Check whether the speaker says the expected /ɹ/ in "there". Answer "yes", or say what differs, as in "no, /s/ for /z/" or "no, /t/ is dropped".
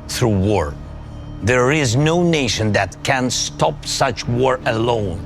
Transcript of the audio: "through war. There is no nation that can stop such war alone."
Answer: yes